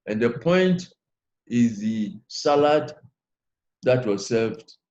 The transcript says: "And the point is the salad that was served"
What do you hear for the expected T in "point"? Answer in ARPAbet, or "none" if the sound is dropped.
T